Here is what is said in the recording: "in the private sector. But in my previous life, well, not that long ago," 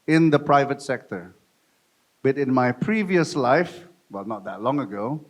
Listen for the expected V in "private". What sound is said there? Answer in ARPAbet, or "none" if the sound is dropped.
V